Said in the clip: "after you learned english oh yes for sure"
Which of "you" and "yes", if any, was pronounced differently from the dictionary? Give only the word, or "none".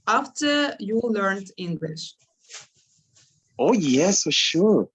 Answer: none